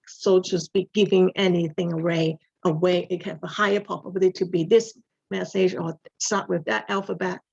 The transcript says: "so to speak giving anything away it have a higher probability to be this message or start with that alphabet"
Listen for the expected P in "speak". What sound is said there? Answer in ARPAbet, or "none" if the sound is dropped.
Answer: B